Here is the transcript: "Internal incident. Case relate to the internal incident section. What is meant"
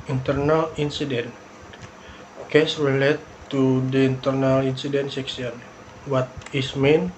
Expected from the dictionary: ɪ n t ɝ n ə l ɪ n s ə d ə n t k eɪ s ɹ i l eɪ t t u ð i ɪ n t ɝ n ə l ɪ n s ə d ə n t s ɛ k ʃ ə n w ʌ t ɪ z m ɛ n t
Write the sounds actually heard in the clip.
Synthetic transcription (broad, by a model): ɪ n t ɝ n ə l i n s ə d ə n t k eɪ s ɹ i l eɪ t t u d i n t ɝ n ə l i n s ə d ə n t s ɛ k s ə n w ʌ t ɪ s m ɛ n